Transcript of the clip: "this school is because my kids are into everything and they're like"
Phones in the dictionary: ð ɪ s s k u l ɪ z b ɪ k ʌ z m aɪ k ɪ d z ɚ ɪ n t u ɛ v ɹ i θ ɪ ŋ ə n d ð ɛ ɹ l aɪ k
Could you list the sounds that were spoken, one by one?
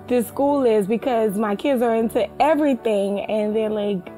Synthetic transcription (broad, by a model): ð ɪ s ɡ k u l ɪ z b ɪ k ʌ z m aɪ k ɪ d z ɚ ɪ n t u ɛ v ɹ i θ ɪ ŋ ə n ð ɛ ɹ l aɪ k